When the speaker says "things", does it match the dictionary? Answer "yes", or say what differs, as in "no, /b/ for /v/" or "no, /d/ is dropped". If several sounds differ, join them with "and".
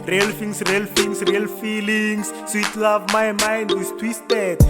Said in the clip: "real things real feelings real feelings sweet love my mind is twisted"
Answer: no, /f/ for /θ/